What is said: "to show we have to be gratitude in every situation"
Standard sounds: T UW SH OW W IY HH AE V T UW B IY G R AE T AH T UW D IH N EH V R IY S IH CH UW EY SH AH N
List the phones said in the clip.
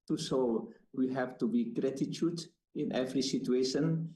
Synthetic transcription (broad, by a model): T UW S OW W IY HH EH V T UW B IY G R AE T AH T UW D IH N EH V R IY S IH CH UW EY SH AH N